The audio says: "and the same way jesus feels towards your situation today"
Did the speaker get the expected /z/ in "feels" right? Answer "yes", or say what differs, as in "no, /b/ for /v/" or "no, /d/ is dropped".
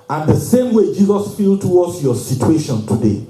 no, /z/ is dropped